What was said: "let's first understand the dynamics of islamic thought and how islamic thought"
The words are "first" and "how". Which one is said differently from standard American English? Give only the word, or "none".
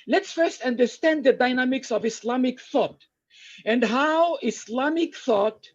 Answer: none